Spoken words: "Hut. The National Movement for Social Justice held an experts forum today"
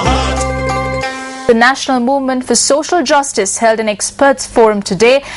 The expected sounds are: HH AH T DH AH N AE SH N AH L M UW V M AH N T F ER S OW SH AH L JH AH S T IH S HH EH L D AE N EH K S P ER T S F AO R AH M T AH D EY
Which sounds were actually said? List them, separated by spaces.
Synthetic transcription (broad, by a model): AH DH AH N AE SH N AH L M UW V M AH N T F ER S OW SH AH L JH AH S T IH S HH EH L D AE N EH K S P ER T S F AO R AH M T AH D EY